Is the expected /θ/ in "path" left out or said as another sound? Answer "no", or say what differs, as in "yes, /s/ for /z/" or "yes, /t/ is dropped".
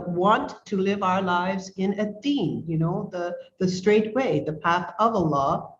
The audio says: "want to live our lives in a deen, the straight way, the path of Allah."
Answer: no